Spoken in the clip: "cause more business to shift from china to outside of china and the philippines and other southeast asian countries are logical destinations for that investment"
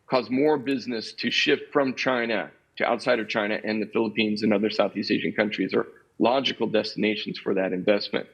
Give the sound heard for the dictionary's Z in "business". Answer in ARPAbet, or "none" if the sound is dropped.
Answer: Z